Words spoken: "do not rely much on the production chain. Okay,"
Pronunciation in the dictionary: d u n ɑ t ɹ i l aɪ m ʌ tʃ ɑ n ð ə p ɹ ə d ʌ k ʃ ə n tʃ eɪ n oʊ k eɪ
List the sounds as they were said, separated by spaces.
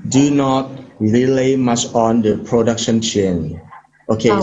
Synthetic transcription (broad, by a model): d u n ɑ t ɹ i l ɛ m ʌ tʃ ɑ n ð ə p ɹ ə d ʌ k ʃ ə n tʃ eɪ n oʊ k eɪ